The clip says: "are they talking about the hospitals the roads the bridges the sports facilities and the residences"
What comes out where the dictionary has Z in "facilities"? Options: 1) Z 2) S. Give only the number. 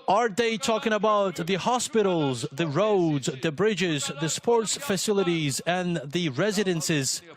1